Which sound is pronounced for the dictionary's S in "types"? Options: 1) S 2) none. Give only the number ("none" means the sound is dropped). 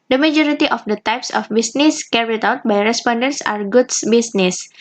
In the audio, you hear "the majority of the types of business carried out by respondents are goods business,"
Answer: 1